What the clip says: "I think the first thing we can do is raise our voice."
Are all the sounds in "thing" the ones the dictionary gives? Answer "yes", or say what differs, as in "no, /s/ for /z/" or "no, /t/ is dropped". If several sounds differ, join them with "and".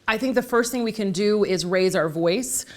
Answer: yes